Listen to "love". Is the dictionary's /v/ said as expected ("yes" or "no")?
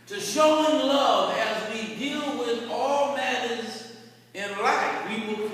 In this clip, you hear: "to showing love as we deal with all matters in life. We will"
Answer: yes